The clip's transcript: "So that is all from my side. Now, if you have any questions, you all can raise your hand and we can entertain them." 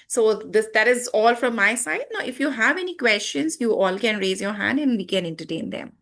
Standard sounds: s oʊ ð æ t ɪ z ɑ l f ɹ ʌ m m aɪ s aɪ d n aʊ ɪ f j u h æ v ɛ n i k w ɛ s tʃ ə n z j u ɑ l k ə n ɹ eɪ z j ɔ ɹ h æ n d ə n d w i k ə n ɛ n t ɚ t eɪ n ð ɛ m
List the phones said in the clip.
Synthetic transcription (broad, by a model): s oʊ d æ t ɪ z ɑ l f ɹ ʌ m m aɪ s aɪ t n aʊ ɪ f j u h æ v ɛ n i k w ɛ s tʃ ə n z j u ɑ l k ə n ɹ eɪ z j ɔ ɹ h æ n d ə n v i k ə n ɛ n t ɚ t eɪ n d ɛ m